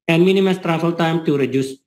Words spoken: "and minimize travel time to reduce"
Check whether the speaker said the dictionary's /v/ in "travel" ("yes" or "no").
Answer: no